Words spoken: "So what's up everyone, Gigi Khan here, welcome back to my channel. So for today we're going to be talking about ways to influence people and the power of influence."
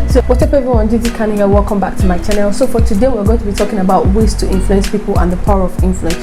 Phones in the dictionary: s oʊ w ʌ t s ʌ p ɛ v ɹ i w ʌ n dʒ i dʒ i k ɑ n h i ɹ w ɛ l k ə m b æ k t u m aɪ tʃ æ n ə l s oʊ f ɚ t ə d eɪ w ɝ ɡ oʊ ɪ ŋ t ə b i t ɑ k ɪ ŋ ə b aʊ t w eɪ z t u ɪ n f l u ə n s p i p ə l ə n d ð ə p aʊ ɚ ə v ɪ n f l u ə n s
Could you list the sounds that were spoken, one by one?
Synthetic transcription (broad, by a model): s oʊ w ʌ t ʌ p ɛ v i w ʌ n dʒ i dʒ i k ɑ n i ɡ w ɛ l k ə m b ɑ k t u m aɪ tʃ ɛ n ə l s oʊ f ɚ t ə d eɪ w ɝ ɡ oʊ ɪ ŋ t ə b i t ɑ k ɪ ŋ ə b aʊ t w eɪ s t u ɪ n f l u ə n s p i p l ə n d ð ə p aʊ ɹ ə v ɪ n f l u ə n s